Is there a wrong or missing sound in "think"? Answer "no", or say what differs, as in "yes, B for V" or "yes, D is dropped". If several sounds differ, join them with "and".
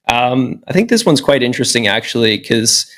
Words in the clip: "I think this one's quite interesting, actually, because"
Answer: no